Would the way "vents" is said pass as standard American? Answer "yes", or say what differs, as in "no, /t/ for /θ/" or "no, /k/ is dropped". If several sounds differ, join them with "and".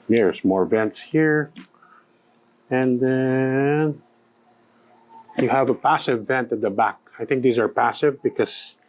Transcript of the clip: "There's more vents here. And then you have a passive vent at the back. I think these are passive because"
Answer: yes